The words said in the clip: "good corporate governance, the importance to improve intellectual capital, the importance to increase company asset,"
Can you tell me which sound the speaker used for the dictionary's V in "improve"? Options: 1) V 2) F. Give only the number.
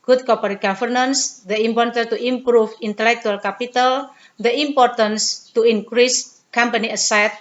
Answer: 2